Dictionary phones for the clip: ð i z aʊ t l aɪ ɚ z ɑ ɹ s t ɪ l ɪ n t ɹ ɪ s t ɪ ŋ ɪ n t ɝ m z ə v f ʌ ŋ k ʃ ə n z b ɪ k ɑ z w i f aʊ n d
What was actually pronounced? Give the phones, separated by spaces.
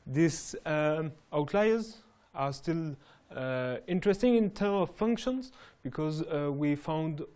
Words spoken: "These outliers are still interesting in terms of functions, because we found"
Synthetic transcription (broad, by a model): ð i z aʊ t l aɪ ɚ z ɑ ɹ s t ɪ l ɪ n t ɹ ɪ s t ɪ ŋ ɪ n t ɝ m ə v f ʌ ŋ k ʃ ə n z b ɪ k ɑ z w i f aʊ n d